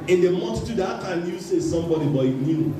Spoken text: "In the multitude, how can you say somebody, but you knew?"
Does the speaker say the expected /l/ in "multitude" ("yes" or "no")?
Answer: no